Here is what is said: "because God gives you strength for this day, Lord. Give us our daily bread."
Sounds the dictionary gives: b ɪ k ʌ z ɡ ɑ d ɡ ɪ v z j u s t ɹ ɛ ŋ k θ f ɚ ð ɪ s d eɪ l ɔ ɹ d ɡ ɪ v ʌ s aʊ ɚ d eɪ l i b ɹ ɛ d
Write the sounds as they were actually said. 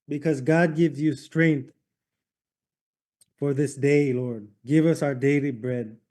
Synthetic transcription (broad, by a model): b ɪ k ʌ z ɡ ɑ d ɡ ɪ v z j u s t ɹ ɛ ŋ k θ f ɚ ð ɪ s d eɪ l ɔ ɹ d ɡ ɪ v ʌ s aʊ ɚ d eɪ l i b ɹ ɛ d